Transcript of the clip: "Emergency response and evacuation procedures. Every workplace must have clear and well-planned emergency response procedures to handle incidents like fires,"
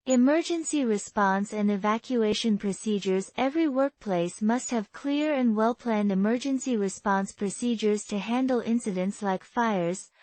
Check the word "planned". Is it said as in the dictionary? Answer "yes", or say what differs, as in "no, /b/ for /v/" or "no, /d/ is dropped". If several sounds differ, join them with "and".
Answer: yes